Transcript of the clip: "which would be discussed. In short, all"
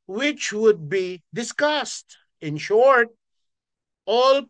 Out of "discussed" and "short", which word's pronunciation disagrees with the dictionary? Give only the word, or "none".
none